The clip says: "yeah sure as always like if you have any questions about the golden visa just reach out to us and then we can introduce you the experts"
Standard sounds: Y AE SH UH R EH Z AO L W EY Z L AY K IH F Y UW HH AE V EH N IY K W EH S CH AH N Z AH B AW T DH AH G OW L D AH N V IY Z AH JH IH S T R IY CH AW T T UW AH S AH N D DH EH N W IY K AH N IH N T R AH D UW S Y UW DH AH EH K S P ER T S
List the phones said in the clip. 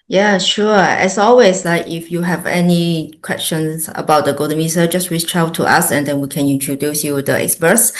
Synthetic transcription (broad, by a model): Y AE SH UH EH S AO L W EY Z L AY K IH F Y UW HH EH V EH N IY K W EH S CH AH N S AH B AW T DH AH G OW D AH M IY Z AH JH IH S T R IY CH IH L T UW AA S AH N D EH N W IY K AH N IH N T R AH D UW S Y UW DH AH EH K S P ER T S